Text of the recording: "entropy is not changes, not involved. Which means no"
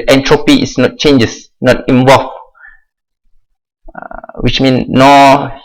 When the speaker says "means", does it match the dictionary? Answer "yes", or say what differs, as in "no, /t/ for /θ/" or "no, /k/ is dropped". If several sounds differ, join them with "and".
no, /z/ is dropped